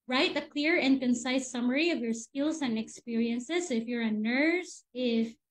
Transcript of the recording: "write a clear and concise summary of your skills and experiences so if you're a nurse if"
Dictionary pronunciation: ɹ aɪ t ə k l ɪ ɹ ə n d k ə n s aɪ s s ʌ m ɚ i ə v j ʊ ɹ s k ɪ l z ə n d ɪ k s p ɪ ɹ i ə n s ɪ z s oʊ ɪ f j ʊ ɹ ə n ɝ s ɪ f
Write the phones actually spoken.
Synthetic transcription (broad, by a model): ɹ aɪ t ə k l ɪ ɹ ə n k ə n s aɪ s s ʌ m ɚ i ə v j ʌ ɹ s k ɪ l z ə n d ɪ k s p ɪ ɹ i ə n s ɪ z ɪ f j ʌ ɹ ə n ɝ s ɪ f